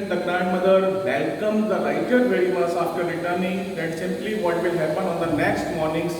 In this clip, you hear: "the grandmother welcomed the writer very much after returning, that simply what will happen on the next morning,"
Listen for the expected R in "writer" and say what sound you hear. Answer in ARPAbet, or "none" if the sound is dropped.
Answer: L